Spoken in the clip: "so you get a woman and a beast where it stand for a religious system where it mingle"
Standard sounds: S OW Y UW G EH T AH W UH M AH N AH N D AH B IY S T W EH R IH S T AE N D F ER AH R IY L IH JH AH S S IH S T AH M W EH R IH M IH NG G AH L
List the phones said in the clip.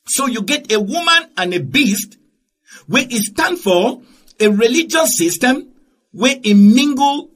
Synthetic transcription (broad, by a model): S OW Y UW G EH T AH W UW M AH N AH N AH B IY S T W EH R IH S T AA N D F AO AH R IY L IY JH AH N S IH S T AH M W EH IH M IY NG G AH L